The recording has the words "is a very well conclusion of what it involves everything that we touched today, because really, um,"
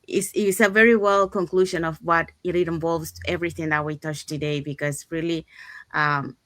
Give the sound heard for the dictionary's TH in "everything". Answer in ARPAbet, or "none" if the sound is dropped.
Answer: TH